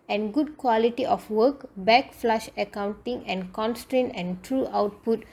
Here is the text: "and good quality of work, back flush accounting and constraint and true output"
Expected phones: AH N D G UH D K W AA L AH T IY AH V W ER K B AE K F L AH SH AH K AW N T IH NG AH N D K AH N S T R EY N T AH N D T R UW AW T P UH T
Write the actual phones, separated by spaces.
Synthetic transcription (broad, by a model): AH N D G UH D K W AA L AH T IY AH F W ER K B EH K F L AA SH AH K AW N T IH NG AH N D K AH N S T R EY N T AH N T R UW AW T P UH T